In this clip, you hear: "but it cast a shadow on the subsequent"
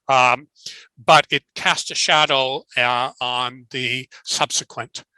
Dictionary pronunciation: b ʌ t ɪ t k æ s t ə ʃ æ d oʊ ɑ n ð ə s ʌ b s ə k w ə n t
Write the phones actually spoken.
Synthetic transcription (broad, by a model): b ʌ t ɪ t k æ s t ə ʃ æ d oʊ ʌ n ð ə s ʌ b s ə k w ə n t